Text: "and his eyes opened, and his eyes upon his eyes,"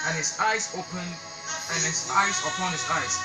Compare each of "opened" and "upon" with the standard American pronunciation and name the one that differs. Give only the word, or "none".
opened